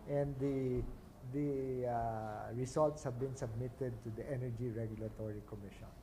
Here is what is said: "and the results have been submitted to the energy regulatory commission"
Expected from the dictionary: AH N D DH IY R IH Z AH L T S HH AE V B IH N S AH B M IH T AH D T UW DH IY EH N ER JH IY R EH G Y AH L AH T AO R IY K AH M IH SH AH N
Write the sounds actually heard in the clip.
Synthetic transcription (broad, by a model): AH N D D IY R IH S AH L T S HH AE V B IH N S AH B M IH T AH D T UW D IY EH N ER JH IY R EH G Y AH L AH T AO R IY K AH M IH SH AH N